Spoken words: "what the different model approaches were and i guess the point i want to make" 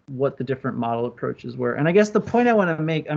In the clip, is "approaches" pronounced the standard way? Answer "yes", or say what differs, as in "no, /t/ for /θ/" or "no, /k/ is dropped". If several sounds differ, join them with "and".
yes